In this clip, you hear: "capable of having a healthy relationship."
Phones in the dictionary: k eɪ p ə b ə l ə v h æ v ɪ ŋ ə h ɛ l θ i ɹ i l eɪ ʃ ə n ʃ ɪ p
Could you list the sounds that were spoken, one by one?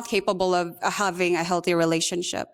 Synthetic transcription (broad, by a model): k eɪ p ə b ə l ə v h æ v ɪ ŋ ə h ɛ l θ i ɹ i l eɪ ʃ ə n ʃ ɪ p